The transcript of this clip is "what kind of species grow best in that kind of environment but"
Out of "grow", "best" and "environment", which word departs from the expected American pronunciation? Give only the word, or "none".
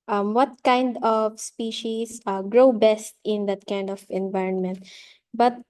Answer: none